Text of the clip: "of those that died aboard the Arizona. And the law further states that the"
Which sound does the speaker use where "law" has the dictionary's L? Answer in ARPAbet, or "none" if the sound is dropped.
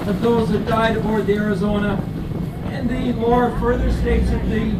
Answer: W